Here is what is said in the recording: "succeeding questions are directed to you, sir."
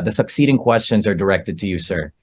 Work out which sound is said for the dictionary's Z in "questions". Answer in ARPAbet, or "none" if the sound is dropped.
Z